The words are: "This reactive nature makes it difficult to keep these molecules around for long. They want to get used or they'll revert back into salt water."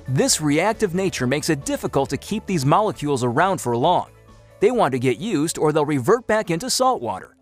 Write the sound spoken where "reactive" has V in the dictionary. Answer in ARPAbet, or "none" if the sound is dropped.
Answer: V